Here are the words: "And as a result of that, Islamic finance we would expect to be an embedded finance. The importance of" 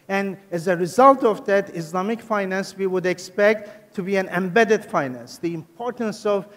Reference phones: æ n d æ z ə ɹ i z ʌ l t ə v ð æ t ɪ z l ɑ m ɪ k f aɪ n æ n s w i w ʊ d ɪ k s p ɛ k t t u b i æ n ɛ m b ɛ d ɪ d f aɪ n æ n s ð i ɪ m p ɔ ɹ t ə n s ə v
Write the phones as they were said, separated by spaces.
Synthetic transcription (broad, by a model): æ n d æ z ə ɹ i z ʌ l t ə v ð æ t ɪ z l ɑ m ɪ k f aɪ n æ n s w i w ʊ d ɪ k s p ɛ k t t u b i æ n ɛ m b ɛ d ɪ d f aɪ n æ n s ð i ɪ m p ɔ ɹ t ə n s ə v